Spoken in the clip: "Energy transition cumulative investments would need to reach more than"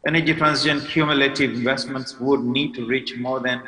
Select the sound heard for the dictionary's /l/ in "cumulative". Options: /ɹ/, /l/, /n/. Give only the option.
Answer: /l/